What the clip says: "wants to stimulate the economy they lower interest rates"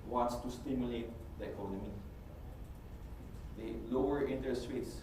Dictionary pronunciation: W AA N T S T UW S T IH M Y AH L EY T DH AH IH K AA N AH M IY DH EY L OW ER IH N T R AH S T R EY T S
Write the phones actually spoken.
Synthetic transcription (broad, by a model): W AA N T S T UW S T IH M Y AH L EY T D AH IH K AA N AH M IY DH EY L OW ER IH N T AH S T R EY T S